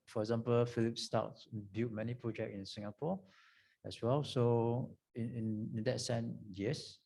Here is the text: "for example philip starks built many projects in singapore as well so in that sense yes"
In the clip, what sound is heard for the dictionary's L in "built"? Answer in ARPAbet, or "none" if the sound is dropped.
none